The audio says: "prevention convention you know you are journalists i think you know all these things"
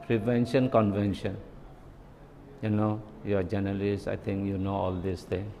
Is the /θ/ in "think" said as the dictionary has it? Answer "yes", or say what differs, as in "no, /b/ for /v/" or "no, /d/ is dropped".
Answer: no, /t/ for /θ/